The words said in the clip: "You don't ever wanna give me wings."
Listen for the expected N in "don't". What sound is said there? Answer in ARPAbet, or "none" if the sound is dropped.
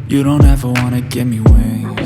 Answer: N